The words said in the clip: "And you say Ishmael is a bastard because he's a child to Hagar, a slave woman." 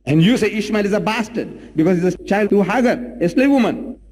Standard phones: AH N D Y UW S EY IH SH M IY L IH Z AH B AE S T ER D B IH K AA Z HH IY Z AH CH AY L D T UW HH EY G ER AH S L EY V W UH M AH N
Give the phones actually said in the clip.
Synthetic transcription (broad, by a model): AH N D Y UW S EY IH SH M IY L IH Z AH B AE S T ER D B IH K AA Z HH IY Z AH CH AY L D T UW HH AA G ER AH S L EY V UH M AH N